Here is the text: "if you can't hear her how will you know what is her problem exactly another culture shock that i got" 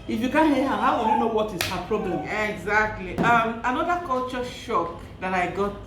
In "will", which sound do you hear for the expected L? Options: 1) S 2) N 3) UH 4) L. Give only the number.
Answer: 2